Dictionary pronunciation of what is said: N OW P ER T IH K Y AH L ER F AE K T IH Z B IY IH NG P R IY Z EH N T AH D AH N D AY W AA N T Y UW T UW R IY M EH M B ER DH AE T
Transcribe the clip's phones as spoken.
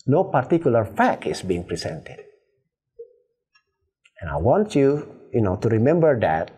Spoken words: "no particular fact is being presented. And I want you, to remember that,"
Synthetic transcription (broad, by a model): N OW P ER T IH K Y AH L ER F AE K IH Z B IY IH NG P R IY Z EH N T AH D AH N AY W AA N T Y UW T UW R IY M EH M B ER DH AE T